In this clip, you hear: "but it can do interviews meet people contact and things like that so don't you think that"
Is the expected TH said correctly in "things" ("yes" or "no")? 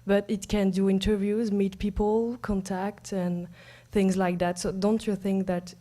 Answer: yes